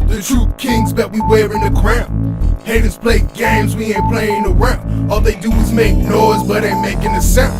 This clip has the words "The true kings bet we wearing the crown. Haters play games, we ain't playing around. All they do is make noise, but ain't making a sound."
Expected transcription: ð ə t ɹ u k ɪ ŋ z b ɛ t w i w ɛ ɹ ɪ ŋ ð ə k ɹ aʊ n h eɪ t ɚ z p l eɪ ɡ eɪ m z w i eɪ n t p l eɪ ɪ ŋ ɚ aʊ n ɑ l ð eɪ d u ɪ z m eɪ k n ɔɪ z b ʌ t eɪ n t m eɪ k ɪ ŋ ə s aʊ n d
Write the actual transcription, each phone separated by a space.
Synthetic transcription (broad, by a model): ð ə t ɹ u k ɪ ŋ z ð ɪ t w i w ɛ ɹ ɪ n ð ə k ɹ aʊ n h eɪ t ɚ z p l eɪ ɡ eɪ m z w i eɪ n p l eɪ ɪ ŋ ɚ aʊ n ɑ l ð eɪ d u ɪ z m eɪ k n ɔɪ z b ʌ t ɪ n m eɪ k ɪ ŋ ə s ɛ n